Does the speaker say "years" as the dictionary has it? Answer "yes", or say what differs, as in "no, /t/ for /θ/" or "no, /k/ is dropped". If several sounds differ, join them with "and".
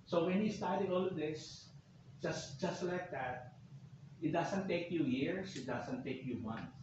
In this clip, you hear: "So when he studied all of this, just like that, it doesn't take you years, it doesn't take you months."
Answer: no, /s/ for /z/